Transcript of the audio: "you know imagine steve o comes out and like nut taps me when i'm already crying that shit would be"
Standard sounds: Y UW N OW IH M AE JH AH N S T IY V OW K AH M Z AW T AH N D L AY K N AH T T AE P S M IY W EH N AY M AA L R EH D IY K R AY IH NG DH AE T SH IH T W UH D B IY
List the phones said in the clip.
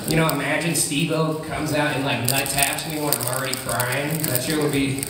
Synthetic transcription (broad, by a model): Y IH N OW IH M AE JH AH N S T IY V OW K AH M Z AW T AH N L AY K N AH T T AE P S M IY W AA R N L R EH D IY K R AY IH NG DH AE T S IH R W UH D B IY